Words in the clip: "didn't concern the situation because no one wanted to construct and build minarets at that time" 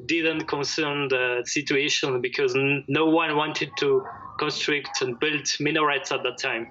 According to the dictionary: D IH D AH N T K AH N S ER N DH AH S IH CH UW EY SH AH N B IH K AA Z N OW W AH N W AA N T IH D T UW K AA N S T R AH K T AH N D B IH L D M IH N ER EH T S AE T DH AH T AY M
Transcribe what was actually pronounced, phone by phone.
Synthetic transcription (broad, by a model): D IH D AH N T K AH N S ER N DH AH S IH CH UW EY SH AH N B IH K AA Z N OW W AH N W AA N T IH D T UW K AA N S T R AH K T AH N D B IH L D M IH N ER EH T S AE T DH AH T AY M